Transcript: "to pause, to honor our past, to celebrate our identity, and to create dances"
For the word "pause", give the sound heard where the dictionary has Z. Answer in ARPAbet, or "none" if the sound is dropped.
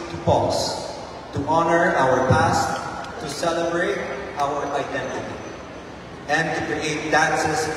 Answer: S